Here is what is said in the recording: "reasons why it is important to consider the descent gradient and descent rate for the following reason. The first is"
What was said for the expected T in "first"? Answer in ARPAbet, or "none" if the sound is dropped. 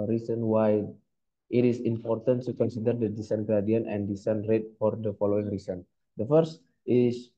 T